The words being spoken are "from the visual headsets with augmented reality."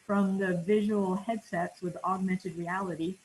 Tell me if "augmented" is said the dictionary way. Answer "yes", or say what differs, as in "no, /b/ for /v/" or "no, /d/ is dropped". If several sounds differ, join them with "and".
yes